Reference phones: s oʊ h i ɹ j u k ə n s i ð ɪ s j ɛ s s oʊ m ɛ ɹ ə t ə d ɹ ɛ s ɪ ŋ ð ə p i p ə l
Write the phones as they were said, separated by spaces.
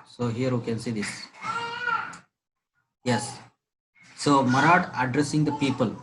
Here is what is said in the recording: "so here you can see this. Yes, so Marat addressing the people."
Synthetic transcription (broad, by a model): s oʊ h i ɹ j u k ə n s i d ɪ s j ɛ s s oʊ m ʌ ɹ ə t ə d ɹ ɛ s ɪ ŋ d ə p i p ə l